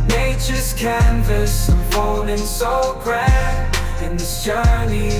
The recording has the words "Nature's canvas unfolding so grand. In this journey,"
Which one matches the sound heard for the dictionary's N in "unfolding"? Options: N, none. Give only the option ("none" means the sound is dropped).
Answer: none